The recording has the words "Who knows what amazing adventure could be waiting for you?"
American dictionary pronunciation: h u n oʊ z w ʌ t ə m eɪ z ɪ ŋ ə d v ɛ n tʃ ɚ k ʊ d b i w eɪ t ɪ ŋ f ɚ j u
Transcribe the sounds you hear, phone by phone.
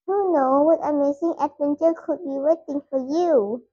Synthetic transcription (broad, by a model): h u n oʊ w ʌ t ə m eɪ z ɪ ŋ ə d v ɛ n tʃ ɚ k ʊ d b i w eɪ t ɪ ŋ f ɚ j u